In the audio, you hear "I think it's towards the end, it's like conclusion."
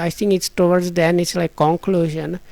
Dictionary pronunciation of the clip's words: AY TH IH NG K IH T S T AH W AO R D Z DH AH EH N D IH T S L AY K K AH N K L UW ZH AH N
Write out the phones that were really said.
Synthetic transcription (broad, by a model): AY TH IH NG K IH T S T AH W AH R D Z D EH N IH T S L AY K K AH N K L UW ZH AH N